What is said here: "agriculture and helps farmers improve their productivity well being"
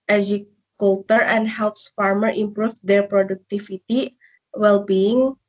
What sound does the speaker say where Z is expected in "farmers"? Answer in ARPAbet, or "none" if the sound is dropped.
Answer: none